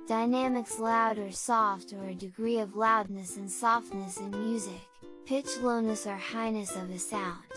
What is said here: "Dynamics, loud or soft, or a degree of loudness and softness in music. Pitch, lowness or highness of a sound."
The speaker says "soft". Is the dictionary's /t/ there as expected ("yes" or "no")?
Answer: yes